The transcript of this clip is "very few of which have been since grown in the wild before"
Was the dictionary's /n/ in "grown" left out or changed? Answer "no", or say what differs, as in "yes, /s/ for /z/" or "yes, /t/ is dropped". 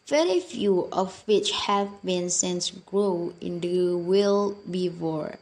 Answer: yes, /n/ is dropped